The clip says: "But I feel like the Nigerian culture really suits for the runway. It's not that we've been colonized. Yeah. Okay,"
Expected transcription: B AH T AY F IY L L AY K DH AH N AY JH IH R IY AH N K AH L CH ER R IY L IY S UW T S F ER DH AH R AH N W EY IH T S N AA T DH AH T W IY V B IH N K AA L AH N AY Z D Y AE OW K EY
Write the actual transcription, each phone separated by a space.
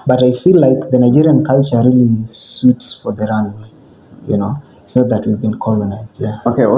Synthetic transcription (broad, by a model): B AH T AY F IY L L AY K DH AH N AY JH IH R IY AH N K AH L CH ER R IY L IY S UW T S F ER DH AH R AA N W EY IH T S N AA T DH AH T W IY V B IH N K AA L AH N AY Z D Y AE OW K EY